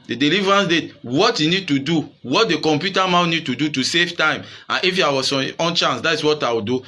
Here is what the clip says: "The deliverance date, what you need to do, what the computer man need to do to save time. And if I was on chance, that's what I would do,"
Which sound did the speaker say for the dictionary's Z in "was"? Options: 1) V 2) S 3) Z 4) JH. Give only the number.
2